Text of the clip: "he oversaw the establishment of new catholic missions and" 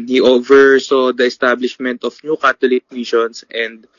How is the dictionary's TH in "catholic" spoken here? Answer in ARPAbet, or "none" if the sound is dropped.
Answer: T